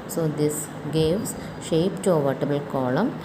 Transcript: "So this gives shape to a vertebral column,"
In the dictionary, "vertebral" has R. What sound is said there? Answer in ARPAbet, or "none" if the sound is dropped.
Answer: none